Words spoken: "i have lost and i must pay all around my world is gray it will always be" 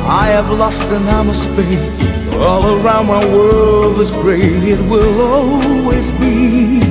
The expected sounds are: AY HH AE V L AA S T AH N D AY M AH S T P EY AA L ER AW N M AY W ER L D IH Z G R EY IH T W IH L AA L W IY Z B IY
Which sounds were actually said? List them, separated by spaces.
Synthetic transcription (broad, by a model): AY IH V L AA S T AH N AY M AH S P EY AA L ER AW N M AY W ER L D IH Z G R EY IH T W IH L AA L W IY Z B IY